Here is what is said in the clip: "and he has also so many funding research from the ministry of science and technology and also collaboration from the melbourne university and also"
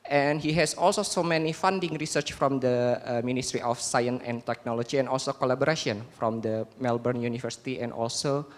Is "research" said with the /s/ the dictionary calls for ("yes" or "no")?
yes